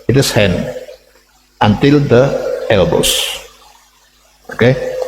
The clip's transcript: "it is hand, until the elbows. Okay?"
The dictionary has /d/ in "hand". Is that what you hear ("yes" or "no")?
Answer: no